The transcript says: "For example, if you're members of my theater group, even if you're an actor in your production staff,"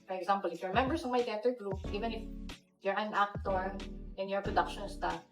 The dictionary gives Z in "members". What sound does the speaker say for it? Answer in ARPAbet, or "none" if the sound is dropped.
S